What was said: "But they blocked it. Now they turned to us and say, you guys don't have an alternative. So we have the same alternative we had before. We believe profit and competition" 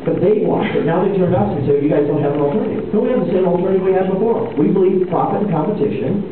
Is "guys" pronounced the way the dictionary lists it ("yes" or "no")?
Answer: yes